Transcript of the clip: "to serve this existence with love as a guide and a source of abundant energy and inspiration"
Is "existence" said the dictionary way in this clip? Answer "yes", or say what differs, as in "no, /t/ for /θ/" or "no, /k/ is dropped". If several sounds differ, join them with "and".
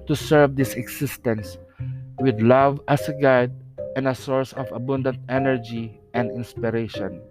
no, /s/ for /z/